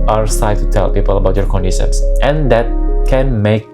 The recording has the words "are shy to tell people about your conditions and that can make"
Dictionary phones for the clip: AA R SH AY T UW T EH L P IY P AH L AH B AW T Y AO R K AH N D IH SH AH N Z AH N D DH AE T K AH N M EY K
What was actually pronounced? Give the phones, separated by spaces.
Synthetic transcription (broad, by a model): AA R S AY T UW T EH L P IY P AH L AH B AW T Y AO R K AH N D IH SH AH N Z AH N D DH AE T K AH N M EY K